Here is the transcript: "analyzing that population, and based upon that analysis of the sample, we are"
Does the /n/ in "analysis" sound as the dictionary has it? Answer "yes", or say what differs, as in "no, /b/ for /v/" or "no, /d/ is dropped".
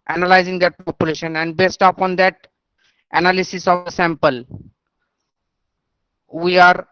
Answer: yes